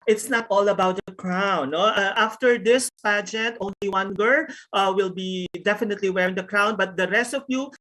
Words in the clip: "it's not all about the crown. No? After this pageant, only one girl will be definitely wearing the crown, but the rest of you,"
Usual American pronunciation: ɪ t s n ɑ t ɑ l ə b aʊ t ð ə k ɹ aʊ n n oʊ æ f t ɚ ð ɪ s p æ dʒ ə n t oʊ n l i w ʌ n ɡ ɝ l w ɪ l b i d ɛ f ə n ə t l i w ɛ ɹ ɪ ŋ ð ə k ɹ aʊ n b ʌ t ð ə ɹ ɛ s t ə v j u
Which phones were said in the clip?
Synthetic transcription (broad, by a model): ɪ t s n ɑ t ɑ l ə b aʊ t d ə k ɹ aʊ n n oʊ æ f t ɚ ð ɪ s p æ dʒ ə n t oʊ n l i w ʌ n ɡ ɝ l w ɪ l b i d ɛ f ə n ə t l i w ɛ ɹ ɪ ŋ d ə k ɹ aʊ n b ʌ t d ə ɹ ɛ s t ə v j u